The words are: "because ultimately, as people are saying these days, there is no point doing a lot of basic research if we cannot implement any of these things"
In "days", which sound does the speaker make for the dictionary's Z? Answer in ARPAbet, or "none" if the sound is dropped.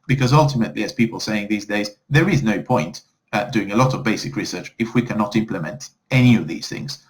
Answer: Z